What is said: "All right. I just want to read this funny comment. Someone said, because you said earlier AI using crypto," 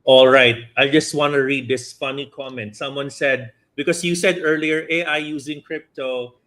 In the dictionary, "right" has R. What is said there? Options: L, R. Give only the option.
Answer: R